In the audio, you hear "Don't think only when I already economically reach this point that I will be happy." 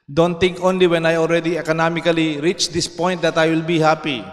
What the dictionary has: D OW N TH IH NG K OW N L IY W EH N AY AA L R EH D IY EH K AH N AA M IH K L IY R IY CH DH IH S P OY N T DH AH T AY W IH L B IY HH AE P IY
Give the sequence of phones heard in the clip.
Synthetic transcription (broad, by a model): D OW N T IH NG K OW N L IY W EH N AY AA L R EH D IY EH K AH N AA M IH K L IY R IY CH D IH S P OY N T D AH T AY W IH L B IY HH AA P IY